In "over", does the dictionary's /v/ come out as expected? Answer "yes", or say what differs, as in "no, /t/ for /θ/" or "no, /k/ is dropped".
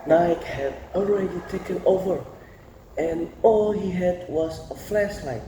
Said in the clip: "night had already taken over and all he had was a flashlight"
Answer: yes